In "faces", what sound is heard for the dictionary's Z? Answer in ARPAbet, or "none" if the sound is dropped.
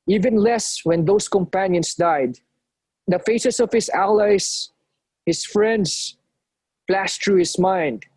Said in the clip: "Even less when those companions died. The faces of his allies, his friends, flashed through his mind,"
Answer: S